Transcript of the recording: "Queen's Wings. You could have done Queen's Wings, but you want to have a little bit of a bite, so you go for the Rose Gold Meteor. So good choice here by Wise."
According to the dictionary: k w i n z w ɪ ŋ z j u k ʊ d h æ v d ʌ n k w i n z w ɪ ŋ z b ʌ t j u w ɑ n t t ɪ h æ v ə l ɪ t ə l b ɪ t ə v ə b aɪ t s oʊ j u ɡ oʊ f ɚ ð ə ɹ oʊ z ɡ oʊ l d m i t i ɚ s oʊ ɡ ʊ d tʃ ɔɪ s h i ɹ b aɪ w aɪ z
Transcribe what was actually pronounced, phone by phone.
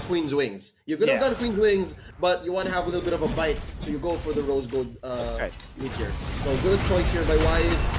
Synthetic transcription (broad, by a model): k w i n z w ɪ ŋ z j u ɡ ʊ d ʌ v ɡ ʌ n k w i n z w ɪ ŋ z b ʌ t j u w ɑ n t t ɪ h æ v ə l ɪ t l b ɪ t ə v ə b aɪ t s oʊ j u ɡ oʊ f ɚ ð ə ɹ oʊ z ɡ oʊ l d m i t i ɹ s oʊ ɡ ʊ d tʃ ɔɪ s h i ɹ b aɪ w aɪ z